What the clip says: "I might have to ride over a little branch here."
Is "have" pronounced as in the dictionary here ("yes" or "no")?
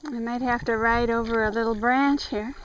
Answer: no